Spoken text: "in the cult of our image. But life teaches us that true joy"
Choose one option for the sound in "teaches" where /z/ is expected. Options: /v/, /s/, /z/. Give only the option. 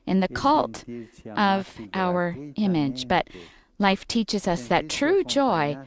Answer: /z/